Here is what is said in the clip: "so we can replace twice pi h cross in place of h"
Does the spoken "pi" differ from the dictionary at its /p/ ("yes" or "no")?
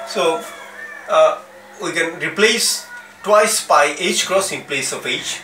yes